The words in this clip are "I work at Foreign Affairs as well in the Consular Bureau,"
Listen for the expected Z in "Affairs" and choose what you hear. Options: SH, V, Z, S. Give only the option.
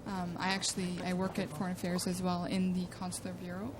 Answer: Z